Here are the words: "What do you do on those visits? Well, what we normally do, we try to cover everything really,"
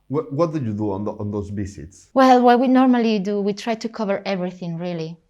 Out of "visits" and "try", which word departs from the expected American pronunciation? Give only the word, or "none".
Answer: visits